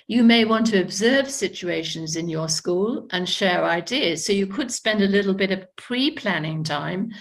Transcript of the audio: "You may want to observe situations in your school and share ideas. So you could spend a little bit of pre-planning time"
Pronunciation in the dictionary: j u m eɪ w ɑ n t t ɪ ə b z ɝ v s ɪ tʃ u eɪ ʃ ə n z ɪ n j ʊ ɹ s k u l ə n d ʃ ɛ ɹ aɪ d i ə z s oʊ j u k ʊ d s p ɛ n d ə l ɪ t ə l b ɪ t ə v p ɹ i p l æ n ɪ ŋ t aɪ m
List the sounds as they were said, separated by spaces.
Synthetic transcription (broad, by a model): j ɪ m eɪ w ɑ n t t ɪ ə b z ɝ v s ɪ tʃ u eɪ ʃ ə n z ɪ n j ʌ ɹ s k u l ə n ʃ ɛ ɹ aɪ d i ə z s oʊ j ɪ k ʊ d s p ɛ n d ə l ɪ t l b ɪ t ə v p ɹ i p l æ n ɪ ŋ t aɪ m